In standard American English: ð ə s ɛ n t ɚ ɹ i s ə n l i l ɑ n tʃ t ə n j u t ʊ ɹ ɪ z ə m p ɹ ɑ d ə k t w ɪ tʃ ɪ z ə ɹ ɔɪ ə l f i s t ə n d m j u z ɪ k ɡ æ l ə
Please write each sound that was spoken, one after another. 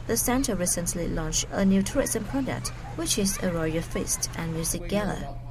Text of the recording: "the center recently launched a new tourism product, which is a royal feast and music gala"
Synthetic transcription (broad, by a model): ð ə s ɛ n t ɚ ɹ i s ə n l i l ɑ n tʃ ə n j u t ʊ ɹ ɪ s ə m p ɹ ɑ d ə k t w ɪ tʃ ɪ z ə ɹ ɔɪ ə f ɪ s t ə n m j u z ɪ k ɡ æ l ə